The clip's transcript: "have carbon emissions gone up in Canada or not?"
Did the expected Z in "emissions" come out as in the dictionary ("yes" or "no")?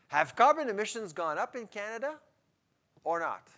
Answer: yes